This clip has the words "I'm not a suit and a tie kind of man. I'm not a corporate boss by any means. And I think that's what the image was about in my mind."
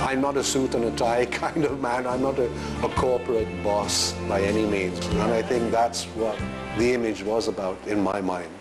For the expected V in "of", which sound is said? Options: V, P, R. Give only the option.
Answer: V